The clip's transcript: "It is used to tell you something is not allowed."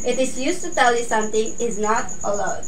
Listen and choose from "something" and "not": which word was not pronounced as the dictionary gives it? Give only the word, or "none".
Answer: something